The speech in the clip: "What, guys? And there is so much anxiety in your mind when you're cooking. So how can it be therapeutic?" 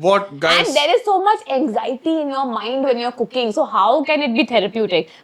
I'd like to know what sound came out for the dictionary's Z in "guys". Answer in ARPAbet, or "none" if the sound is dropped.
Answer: none